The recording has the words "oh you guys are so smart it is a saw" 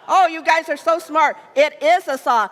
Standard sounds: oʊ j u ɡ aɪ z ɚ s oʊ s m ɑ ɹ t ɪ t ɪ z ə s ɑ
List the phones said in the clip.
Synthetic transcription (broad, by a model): oʊ j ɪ ɡ aɪ z ɚ s oʊ s m ɑ ɹ t ɪ t ɪ z ə s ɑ